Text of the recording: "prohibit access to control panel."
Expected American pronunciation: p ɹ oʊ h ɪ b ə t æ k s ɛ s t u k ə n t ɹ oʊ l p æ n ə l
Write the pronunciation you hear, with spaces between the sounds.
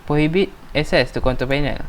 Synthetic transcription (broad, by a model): p ɹ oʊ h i b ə t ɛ s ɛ s t u k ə n t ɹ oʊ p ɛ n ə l